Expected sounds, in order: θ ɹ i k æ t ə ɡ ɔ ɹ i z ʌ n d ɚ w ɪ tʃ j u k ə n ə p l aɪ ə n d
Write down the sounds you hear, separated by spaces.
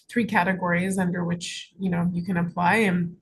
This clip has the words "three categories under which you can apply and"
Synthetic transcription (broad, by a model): θ ɹ i k æ t ə ɡ ɔ ɹ i z ʌ n d ɚ w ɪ tʃ j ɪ k ə n ə p l aɪ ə n